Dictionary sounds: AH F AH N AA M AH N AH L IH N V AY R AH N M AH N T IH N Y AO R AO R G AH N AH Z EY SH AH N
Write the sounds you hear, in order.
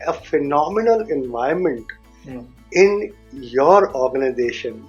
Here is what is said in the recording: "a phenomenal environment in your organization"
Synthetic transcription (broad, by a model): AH F AH N AA M AH N AH L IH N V AY AH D M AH N T IH N Y AO R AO R G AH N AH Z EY SH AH N